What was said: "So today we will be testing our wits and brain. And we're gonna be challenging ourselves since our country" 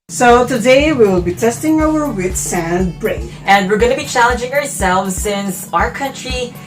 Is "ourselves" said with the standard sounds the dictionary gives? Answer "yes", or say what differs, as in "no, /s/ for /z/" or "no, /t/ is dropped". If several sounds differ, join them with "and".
yes